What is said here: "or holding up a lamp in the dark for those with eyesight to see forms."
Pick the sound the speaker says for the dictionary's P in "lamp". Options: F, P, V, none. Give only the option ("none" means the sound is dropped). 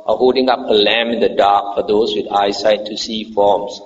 none